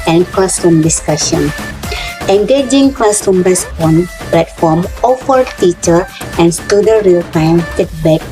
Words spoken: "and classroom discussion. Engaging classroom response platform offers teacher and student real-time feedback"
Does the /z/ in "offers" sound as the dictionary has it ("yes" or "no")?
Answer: no